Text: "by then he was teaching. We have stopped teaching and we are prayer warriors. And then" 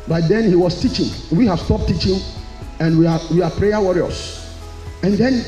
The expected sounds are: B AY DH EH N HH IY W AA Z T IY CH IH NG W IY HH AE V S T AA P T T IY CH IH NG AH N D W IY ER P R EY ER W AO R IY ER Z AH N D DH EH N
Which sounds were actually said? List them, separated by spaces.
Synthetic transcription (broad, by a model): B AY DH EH N HH IY W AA S T IY CH IH NG W IY HH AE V S T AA P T T IY CH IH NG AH N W W IY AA P R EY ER W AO R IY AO S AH N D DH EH N